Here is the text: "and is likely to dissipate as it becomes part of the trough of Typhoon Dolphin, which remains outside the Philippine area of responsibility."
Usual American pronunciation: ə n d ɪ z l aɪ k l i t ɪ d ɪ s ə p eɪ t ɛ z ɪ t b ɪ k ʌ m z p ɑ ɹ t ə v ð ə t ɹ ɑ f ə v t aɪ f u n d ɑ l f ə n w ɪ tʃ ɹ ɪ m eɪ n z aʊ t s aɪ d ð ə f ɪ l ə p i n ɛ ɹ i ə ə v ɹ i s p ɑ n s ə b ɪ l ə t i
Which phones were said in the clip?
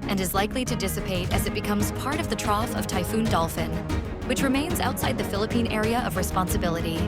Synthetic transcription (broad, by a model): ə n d ɪ z l aɪ k l i t ɪ d ɪ s ə p eɪ t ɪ z ɪ t b ɪ k ʌ m z p ɑ ɹ t ə v ð ə t ɹ ɑ f ə v t aɪ f u n d ɑ l f ə n w ɪ tʃ ɹ ɪ m eɪ n z aʊ t s aɪ d ð ə f ɪ l ə p i n ɛ ɹ i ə ə v ɹ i s p ɑ n s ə b ɪ l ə t i